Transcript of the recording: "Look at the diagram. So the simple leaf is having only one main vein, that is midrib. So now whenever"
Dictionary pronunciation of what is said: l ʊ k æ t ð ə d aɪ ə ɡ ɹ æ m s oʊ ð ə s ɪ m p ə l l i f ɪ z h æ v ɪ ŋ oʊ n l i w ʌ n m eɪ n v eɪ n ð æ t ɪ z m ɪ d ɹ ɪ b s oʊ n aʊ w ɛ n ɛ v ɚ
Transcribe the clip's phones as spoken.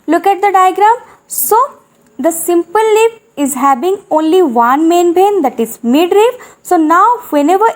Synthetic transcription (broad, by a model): l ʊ k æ t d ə d aɪ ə ɡ ɹ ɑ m s oʊ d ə s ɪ m p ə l l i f ɪ z h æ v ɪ ŋ oʊ n l i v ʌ n m eɪ n b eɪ n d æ t ɪ z m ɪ d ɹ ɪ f s oʊ n aʊ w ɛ n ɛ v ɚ